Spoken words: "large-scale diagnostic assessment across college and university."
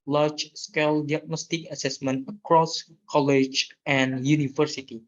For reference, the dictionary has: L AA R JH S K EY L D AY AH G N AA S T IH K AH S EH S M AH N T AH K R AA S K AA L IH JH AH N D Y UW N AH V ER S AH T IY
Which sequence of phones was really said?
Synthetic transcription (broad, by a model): L AA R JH S K EY L D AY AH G N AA S T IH K AH S EH S M AH N T AH K R AA S K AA L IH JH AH N Y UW N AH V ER S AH T IY